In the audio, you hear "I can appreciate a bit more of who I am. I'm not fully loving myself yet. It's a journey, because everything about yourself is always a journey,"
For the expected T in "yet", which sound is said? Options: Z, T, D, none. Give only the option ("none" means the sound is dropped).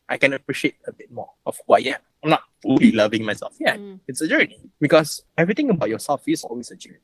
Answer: none